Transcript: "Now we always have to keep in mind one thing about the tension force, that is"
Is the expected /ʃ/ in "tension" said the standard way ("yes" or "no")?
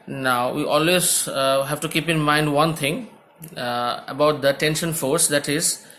yes